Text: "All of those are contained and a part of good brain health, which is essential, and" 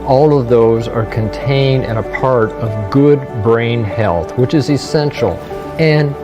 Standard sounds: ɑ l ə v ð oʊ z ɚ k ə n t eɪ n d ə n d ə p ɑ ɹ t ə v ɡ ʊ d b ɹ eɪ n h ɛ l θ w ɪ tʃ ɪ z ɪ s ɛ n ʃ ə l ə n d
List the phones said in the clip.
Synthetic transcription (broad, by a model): ɑ l ə v ð oʊ z ɚ k ə n t eɪ n d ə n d ə p ɑ ɹ t ə v ɡ ʊ d b ɹ eɪ n h ɛ l θ w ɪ tʃ ɪ z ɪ s ɛ n ʃ l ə n